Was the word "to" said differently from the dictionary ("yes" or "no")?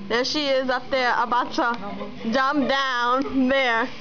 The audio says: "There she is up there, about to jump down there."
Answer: yes